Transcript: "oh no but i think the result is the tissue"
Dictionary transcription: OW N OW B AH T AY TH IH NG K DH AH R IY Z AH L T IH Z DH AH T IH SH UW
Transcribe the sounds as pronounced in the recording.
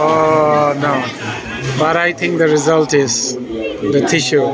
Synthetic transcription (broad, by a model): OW N OW B AH T AY T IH NG K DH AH R IY Z AH L T IH Z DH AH T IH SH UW